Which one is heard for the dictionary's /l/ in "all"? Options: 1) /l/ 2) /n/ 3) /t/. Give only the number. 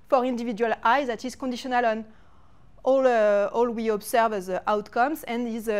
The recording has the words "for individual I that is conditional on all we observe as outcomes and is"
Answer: 1